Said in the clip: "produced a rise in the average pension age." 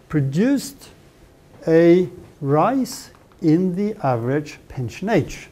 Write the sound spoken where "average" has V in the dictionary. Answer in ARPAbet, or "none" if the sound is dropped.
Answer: V